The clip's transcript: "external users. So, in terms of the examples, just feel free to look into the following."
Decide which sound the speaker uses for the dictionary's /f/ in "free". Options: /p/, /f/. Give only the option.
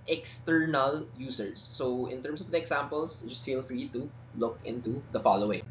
/f/